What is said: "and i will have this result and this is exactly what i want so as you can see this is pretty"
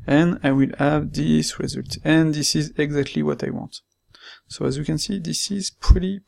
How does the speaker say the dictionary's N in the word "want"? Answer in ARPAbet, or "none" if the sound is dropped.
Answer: N